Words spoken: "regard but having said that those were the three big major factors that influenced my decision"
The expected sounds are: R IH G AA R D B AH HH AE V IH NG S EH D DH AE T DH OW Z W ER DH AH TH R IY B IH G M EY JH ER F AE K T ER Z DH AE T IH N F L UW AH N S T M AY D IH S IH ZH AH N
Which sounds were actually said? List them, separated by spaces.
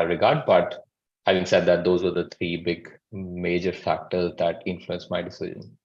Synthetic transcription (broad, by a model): R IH G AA R D B AH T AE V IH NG S EH D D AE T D OW Z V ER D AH T R IY B IH G M EY JH ER F AE K T ER Z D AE T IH N F L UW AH N S M AY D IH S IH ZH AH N